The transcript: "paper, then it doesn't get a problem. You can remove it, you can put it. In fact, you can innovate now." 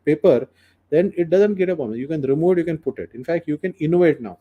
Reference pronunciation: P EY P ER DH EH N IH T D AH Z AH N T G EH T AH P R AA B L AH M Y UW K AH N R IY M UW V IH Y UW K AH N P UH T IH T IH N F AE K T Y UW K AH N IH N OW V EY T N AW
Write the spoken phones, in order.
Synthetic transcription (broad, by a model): P EY P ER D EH N IH T D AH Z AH N T G EH T AH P AA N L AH Y UW K AH N R IY M UW V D Y UW K AH N P UH T IH T IH N F AE K T Y UW K AH N IH N OW V EY T N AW